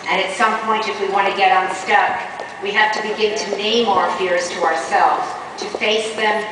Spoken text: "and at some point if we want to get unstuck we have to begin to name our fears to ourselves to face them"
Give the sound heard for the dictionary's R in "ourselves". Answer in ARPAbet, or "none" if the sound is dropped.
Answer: R